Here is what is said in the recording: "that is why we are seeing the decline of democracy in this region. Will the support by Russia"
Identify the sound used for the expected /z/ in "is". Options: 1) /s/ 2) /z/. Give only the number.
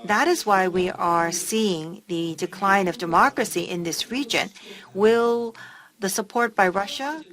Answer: 2